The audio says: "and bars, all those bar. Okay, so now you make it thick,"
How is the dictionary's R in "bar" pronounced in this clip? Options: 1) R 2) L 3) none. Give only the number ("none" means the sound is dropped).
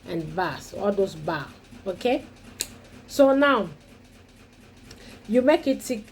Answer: 2